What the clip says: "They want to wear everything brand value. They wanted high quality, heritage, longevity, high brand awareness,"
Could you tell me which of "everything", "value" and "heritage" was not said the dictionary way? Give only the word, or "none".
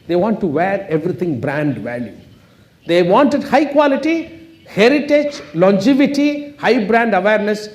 everything